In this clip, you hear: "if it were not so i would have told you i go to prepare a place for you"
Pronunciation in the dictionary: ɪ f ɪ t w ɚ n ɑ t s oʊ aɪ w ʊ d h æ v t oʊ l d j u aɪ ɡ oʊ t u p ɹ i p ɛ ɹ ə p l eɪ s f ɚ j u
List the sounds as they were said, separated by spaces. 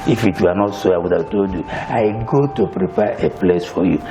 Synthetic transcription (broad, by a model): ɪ f ɪ t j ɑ n ɑ t s oʊ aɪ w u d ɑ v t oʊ d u aɪ ɡ oʊ t u p ɹ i p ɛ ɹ ə p l eɪ s f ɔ j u